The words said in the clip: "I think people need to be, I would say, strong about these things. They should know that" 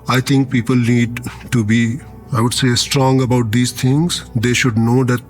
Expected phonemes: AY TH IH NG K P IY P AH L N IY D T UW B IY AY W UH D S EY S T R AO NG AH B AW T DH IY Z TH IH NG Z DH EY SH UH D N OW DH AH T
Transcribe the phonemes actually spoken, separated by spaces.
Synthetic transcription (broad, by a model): AY T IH NG K P IY P AH L N IY D T UW B IY AY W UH D S EY S T R AO NG AH B AW T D IY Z T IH NG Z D EY SH UH D N OW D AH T